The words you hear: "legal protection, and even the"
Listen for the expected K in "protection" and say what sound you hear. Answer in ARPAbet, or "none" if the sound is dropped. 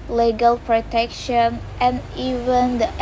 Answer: K